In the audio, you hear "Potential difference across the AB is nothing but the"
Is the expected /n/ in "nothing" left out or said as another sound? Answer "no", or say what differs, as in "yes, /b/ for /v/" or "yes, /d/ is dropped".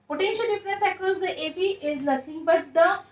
yes, /l/ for /n/